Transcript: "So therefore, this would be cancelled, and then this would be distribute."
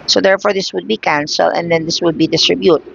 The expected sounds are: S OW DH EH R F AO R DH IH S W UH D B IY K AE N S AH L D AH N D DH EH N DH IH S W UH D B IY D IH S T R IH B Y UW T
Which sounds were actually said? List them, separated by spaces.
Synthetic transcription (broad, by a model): S OW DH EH R F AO R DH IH S W UH D B IY K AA N S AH L AH N D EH N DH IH S W UH D B IY D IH S T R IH B Y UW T